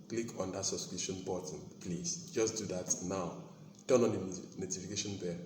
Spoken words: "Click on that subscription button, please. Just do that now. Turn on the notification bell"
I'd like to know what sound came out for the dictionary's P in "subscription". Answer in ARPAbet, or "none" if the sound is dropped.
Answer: none